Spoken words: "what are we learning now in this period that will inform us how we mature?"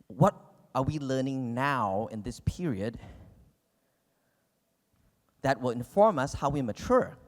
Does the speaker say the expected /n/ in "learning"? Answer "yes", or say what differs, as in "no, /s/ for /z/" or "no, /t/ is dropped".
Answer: yes